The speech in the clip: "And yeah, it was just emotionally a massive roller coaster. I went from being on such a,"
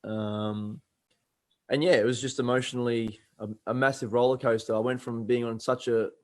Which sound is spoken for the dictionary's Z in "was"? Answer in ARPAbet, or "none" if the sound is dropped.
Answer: Z